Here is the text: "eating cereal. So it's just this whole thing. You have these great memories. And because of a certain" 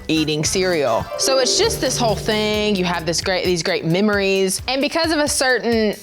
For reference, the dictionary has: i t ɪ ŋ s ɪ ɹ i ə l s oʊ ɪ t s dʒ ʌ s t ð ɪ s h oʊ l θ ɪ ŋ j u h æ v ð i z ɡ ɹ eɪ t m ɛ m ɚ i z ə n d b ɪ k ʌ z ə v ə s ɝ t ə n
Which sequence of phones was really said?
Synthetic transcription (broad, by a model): i t ɪ ŋ s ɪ ɹ i l s oʊ ɪ t s dʒ ʌ s t ð ɪ s h oʊ l θ ɪ ŋ j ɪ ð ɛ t ð i z ɡ ɹ eɪ t m ɛ m ɚ i z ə n b ɪ k ʌ z ə v ə s ɝ t n